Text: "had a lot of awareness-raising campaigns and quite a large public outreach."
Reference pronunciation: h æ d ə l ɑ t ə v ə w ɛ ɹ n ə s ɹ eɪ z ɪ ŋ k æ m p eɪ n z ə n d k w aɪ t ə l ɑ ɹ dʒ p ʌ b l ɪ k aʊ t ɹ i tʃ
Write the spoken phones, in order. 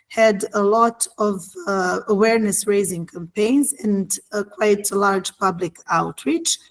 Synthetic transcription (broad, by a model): h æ d ə l ɑ t ə v ə w ɛ ɹ n ə s ɹ eɪ z ɪ ŋ k æ m p eɪ n z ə n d k w aɪ t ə l ɑ ɹ dʒ p ʌ b l ɪ k aʊ t ɹ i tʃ